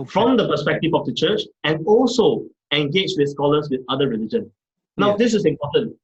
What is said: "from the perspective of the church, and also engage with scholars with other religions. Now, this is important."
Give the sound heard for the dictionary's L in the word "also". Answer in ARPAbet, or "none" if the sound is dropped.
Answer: L